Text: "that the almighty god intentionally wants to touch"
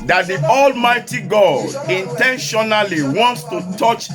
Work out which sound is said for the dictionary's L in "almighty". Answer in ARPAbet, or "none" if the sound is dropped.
L